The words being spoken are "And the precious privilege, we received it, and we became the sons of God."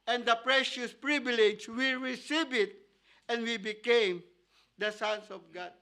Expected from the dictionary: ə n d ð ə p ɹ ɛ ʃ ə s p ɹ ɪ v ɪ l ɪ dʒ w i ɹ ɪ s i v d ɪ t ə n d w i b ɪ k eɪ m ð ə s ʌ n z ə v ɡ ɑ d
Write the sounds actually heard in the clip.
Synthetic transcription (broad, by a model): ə n d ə p ɹ ɛ ʃ ə s p ɹ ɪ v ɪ l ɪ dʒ w i ɹ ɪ s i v ɪ t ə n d w i b ɪ k eɪ m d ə s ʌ n s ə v ɡ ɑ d